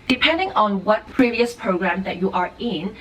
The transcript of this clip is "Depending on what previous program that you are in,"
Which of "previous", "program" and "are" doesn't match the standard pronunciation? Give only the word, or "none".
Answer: none